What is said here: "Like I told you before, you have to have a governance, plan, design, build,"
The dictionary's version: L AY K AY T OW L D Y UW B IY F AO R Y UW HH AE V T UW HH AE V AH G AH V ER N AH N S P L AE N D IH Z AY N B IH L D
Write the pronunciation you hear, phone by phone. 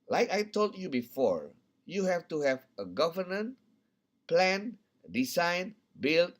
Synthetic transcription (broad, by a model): L AY K AY T OW L D Y UW B IY F AO R Y UW HH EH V T UW HH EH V AH G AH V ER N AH N P L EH N D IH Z AY N B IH L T